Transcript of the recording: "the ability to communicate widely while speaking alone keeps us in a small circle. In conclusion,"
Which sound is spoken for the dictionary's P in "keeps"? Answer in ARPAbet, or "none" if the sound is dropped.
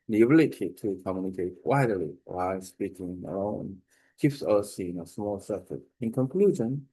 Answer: F